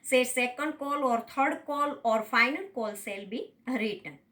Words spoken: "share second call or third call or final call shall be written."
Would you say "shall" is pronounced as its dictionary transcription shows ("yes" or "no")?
no